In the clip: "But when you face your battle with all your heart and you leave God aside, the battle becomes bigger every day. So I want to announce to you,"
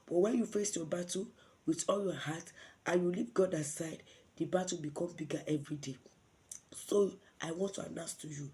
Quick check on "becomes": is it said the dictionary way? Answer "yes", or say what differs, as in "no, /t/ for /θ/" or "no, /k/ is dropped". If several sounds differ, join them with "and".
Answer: no, /z/ is dropped